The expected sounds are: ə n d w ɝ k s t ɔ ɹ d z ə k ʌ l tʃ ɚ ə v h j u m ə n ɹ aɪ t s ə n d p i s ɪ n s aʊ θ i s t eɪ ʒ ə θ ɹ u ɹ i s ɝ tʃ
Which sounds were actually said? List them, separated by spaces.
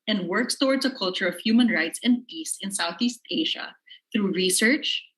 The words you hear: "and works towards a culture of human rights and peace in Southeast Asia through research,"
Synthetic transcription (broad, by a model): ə n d w ɝ k s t ɔ ɹ d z ə k ʌ l tʃ ɚ ə v h j u m ə n ɹ aɪ t s ə n d p i s ɪ n s aʊ θ i s t eɪ ʒ ə θ ɹ u ɹ i s ɝ tʃ